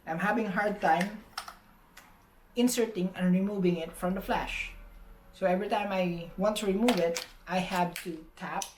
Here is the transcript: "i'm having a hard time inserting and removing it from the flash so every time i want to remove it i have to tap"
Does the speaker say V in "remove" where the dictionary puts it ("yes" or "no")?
yes